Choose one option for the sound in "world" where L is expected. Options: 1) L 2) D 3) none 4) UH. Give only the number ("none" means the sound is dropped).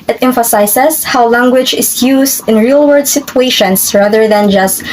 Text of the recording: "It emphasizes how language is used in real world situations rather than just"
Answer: 3